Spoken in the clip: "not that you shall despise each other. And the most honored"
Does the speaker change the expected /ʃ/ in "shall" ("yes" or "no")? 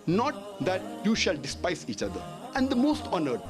no